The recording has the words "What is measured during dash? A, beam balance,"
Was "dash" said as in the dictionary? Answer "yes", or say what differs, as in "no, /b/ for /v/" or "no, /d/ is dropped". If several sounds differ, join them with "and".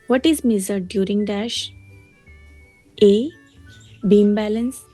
yes